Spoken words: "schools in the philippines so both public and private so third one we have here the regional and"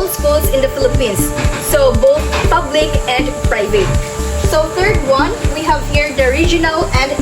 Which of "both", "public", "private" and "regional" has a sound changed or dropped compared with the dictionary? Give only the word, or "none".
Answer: both